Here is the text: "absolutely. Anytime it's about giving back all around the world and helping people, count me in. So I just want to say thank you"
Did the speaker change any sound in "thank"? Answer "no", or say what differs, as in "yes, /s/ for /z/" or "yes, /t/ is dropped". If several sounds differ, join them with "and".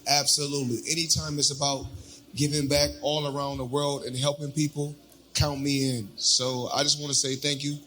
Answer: no